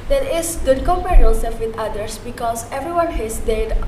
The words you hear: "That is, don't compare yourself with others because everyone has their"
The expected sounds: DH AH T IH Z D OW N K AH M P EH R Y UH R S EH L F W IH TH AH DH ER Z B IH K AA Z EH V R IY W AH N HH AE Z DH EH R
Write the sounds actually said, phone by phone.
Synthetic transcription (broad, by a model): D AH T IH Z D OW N K AH M P EH R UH L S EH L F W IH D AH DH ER S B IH K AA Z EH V R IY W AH N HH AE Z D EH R